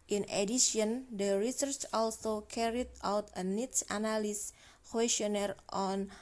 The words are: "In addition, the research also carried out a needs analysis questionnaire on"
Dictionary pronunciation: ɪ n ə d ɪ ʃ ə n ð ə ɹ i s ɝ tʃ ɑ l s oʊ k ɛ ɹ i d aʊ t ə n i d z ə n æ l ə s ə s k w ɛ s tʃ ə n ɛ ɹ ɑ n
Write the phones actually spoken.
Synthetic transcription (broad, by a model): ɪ n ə d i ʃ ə n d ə ɹ i s ɝ tʃ ɑ l s oʊ k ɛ ɹ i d aʊ t ə n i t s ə n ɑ l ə s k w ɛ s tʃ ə n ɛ ɹ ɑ n